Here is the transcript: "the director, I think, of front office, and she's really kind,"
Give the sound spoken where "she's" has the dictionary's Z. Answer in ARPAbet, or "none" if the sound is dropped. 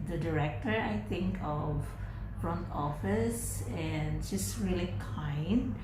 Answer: S